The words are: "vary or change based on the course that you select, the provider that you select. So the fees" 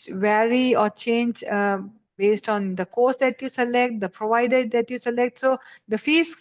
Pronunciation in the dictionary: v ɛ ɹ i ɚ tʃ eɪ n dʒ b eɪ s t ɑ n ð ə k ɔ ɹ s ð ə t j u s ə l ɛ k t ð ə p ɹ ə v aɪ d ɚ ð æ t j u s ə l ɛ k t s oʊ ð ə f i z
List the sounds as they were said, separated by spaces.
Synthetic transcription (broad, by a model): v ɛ ɹ i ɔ tʃ eɪ n dʒ b eɪ s t ɑ n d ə k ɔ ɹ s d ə t j u s ə l ɛ k t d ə p ɹ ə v aɪ d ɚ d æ t j u s ə l ɛ k t s oʊ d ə f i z